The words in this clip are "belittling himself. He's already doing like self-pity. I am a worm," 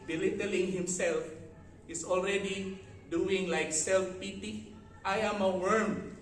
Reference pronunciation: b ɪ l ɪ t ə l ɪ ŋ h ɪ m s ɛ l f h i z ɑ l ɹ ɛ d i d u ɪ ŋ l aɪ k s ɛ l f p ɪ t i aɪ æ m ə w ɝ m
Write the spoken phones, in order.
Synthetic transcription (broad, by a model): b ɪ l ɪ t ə l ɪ ŋ h ɪ m s ɛ l f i s ɑ l ɹ ɛ d i d u ɪ ŋ l aɪ k s ɛ l f p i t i aɪ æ m ə w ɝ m